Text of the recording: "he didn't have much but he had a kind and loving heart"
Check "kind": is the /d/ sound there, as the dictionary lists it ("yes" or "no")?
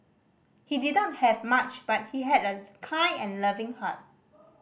no